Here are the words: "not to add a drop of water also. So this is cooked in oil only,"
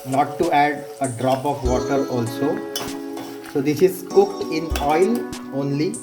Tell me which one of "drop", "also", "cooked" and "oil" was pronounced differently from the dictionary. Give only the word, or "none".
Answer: none